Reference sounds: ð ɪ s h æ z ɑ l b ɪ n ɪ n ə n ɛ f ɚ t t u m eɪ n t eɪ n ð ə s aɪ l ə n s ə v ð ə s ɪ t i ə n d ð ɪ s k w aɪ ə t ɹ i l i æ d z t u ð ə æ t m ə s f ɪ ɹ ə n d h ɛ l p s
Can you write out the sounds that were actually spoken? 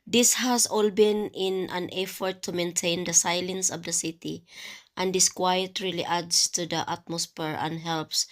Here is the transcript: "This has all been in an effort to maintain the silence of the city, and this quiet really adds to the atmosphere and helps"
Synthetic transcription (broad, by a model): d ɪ s h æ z ɑ l b ɪ n ɪ n ə n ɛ f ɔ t t u m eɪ n t eɪ n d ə s aɪ l ə n s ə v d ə s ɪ t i ə n d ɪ s k w aɪ ə t ɹ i l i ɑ d s t u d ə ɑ t m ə s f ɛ ɹ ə n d h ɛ l p s